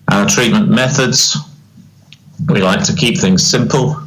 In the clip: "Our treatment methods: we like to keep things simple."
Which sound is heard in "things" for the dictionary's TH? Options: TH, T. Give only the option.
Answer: TH